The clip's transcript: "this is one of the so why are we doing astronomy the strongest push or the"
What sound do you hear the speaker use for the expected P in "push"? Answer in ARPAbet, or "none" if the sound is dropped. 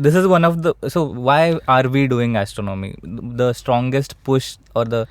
P